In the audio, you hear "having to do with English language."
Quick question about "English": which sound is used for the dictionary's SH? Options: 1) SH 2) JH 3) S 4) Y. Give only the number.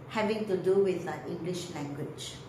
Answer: 1